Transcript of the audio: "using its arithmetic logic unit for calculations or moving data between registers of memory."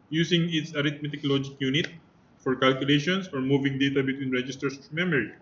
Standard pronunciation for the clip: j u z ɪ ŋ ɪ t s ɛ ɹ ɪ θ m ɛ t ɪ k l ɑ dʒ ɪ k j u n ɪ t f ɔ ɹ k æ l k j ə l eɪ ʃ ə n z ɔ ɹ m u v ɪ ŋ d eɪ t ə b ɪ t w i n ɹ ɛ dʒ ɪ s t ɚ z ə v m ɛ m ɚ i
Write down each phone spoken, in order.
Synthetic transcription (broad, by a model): j u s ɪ ŋ ɪ t s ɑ ɹ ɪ t m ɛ t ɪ k l ɑ dʒ ɪ k j u n ɪ t f ɔ ɹ k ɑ l k j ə l eɪ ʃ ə n s ɔ ɹ m u v ɪ ŋ d eɪ t ə b ɪ t w i n ɹ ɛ dʒ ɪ s t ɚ s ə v m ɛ m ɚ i